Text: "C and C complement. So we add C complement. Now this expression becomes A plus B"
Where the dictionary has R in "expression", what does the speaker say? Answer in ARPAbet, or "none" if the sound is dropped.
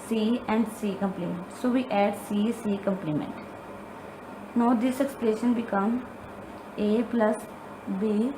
L